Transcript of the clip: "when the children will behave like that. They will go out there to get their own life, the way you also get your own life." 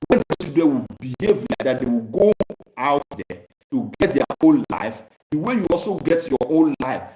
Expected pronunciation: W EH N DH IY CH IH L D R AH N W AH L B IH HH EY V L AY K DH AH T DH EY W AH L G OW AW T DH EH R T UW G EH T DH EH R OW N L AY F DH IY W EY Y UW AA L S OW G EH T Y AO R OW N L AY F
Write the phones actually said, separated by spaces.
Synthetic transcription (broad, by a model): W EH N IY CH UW D AH W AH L B IH HH EY V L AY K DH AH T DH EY W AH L G OW AW T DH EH T UW G EH T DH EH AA OW N L AY F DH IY W EY Y UW AA L S OW G EH T Y AO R OW N L AY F